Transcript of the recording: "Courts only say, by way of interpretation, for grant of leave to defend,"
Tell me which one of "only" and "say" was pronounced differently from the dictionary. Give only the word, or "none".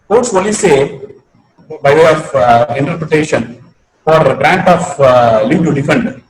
only